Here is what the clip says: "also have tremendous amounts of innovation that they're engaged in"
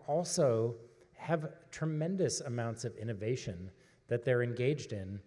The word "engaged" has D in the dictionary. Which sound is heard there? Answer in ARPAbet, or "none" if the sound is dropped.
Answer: D